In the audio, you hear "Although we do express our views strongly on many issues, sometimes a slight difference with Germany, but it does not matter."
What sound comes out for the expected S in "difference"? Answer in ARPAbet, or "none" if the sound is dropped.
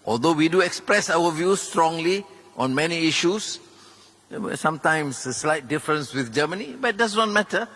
S